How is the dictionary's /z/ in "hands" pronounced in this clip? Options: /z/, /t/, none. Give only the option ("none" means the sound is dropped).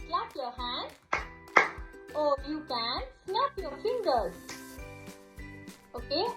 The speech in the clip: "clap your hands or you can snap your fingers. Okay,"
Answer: none